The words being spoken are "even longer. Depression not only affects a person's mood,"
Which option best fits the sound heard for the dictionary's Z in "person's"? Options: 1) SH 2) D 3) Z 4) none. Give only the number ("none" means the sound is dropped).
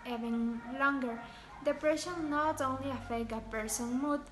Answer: 4